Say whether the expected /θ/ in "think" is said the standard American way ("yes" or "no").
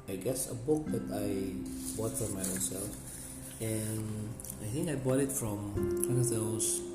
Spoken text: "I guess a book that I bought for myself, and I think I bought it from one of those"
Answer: yes